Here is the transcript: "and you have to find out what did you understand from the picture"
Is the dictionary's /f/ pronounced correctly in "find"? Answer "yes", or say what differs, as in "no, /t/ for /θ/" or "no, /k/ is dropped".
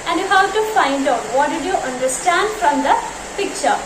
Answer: yes